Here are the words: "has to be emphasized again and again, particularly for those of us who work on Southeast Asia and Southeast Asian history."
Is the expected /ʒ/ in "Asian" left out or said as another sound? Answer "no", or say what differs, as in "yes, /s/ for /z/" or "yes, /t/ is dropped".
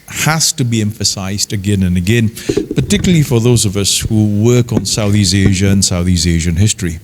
no